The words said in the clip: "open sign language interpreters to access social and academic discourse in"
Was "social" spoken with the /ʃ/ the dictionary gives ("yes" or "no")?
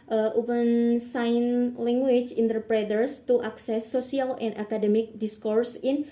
no